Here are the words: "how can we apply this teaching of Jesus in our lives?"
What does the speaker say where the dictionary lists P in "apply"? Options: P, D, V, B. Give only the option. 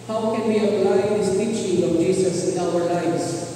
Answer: B